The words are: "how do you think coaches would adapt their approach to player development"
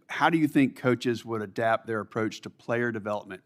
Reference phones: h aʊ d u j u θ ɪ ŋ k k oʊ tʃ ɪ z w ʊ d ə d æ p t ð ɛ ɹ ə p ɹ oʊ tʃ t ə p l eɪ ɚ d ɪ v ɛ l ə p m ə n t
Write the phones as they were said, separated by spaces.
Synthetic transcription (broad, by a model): h aʊ d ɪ j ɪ θ ɪ ŋ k k oʊ tʃ ɪ z w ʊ d ə d æ p t ð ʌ ɹ ə p ɹ oʊ tʃ t ə p l eɪ ɚ d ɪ v ɛ l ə p m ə n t